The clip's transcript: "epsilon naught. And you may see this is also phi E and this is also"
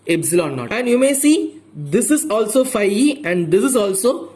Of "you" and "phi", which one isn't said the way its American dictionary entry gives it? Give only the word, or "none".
none